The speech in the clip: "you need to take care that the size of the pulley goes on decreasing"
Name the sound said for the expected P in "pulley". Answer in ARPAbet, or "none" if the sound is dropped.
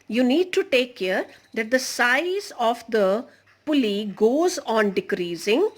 P